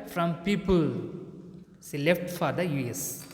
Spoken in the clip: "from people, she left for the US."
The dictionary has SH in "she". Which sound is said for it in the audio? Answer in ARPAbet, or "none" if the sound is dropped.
S